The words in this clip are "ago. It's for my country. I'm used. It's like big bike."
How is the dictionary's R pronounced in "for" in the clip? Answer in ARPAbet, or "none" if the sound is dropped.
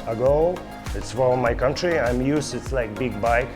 L